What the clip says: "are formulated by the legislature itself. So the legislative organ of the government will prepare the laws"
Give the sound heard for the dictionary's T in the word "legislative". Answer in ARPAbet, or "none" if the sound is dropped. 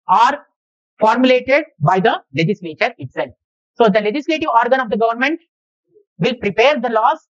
T